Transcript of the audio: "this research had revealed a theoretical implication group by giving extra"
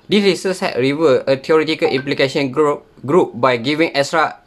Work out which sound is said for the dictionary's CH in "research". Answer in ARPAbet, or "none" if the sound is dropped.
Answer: S